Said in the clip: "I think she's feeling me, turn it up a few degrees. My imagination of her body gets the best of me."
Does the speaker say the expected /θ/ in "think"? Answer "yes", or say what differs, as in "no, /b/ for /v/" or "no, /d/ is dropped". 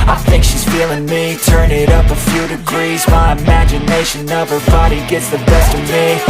yes